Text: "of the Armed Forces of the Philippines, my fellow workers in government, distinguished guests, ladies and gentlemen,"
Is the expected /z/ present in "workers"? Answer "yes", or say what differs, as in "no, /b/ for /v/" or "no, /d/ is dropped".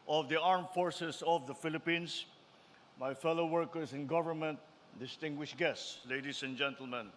no, /s/ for /z/